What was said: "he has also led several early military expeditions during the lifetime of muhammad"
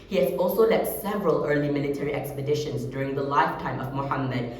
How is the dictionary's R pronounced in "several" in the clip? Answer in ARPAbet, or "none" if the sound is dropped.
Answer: R